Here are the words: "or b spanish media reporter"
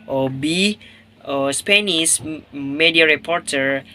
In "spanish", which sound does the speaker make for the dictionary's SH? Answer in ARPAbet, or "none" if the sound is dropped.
S